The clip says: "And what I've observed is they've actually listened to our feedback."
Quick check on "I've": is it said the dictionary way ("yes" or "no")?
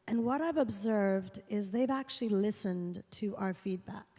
yes